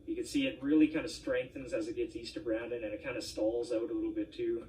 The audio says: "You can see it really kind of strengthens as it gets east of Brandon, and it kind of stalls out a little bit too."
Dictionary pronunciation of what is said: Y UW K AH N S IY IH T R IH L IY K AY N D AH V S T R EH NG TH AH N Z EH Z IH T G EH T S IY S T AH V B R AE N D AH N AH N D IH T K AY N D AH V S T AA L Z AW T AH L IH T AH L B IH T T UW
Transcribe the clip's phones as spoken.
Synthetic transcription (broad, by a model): Y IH K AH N S IY IH T R IH L IY K AY N D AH S T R EH NG TH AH N Z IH Z IH T G EH T S IY S T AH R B R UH N D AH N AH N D IH T K AY N D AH S T AA L Z AW T AH L IH T L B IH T T UW